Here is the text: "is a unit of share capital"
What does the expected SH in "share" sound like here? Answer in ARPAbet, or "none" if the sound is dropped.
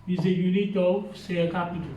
S